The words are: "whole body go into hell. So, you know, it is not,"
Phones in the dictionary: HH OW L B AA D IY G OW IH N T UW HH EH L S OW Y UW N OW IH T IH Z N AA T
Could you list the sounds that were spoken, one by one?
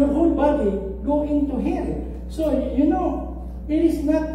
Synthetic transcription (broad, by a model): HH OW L B AA D IY G OW IH N T UW HH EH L S OW Y UW N OW IH T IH S N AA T